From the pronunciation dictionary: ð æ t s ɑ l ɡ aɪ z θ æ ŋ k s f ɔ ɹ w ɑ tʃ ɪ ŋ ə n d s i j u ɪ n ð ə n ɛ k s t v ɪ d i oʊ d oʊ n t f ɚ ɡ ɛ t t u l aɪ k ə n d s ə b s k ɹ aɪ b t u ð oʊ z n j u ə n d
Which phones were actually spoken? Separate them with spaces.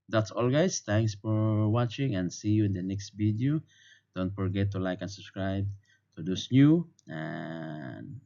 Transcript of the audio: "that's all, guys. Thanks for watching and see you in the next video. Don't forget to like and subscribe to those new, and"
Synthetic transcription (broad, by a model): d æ t s ɑ l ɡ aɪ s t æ ŋ k s f ɔ ɹ w ɑ tʃ ɪ ŋ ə n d s i j u ɪ n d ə n ɛ k s t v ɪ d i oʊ d oʊ n t f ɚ ɡ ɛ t t u l aɪ k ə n s ə b s k ɹ aɪ b t u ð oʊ s n j u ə n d